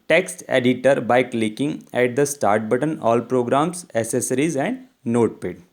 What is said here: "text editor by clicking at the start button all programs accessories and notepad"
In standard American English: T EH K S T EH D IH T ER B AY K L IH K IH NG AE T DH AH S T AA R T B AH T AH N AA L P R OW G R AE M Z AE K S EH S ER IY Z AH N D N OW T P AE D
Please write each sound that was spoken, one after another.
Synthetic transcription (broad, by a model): T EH K S T EH D IH T ER B AY K L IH K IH NG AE T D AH S T AA R T B AH T AH N AA L P R OW G R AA M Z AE S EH S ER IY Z AH N D N OW T P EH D